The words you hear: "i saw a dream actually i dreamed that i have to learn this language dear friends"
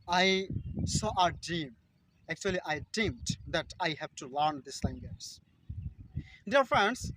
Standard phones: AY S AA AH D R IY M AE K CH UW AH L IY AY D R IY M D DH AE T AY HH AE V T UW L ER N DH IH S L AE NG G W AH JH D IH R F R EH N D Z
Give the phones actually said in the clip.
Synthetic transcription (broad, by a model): AY S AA AH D IY M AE K CH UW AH L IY AY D IY M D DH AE T AY HH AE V T UW L ER N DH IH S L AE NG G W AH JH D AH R F R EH N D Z